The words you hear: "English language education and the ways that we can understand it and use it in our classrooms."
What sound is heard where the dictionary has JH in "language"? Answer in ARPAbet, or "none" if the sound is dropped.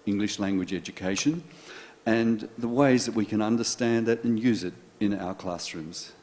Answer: JH